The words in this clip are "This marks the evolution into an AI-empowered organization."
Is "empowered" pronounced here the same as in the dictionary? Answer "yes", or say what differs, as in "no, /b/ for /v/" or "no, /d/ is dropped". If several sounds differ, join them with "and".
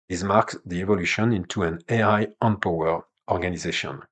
no, /d/ is dropped